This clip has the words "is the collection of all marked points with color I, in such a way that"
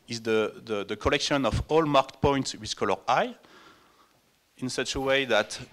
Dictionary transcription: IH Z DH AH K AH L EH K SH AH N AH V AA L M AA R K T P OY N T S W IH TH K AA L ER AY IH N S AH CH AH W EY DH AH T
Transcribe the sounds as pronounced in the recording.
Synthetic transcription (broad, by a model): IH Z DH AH K AH L EH K SH AH N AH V AA L M AA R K T P OY N T S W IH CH K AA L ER AY IH N S AH CH AH W EY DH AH T